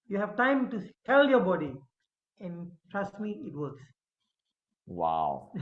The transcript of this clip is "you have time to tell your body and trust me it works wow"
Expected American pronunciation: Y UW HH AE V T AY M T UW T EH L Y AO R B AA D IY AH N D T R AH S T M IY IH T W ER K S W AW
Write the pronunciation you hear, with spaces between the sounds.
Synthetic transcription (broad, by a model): Y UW HH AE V T AY M T UW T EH L Y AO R B AA D IY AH N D T R AH S T M IY IH T W ER K S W AW